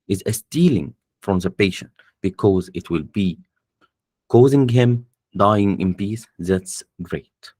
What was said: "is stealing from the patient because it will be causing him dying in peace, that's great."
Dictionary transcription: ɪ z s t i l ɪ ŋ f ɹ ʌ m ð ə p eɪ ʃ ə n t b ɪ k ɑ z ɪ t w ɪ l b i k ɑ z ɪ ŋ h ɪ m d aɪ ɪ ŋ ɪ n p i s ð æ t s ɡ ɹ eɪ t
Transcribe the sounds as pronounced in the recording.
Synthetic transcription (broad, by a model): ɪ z s t i l ɪ ŋ f ɹ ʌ m ð ə p eɪ ʃ ə n t b ɪ k ɑ z ɪ t w ɪ l b i k ɑ z ɪ ŋ h ɪ m d aɪ ɪ ŋ ɪ n p i s ð æ t s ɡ ɹ eɪ t